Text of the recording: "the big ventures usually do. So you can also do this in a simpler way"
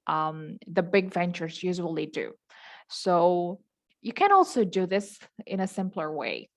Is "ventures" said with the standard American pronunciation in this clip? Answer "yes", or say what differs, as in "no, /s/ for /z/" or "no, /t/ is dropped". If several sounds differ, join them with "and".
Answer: yes